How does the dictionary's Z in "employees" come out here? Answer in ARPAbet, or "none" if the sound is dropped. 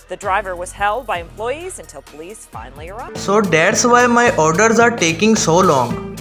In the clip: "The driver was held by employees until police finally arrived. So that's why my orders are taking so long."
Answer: Z